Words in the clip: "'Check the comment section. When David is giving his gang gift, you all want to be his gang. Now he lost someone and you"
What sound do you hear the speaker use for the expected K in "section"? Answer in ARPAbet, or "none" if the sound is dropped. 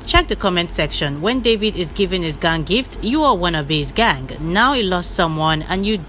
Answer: K